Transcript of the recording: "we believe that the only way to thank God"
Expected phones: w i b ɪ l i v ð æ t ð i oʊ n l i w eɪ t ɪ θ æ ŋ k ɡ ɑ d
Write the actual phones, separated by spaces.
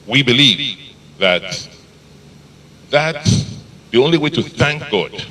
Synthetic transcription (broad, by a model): w i b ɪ l i v ð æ t ð i oʊ n l i w eɪ t ɪ θ æ ŋ k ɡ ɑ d